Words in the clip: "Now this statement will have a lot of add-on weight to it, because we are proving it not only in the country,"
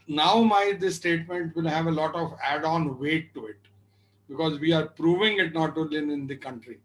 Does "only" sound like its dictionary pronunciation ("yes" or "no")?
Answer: no